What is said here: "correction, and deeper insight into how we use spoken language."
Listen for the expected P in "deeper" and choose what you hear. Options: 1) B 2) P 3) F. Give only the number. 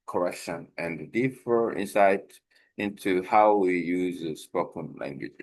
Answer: 3